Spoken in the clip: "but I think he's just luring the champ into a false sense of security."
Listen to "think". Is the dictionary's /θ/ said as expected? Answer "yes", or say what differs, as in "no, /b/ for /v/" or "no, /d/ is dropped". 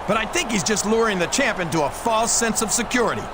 yes